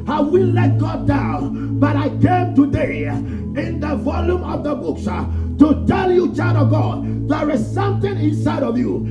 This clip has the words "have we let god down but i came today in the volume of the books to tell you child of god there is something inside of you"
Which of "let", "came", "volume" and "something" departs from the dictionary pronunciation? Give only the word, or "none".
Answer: something